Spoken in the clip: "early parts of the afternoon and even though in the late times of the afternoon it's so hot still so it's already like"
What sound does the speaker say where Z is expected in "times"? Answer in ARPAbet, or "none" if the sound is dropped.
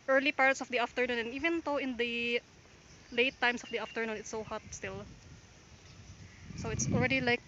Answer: S